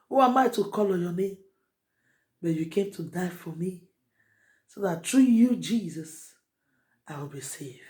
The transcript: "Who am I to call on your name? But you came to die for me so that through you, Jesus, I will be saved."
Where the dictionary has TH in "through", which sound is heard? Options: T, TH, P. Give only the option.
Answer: T